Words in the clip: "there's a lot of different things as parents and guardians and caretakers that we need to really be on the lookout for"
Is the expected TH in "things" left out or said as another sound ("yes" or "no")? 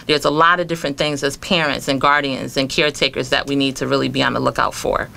no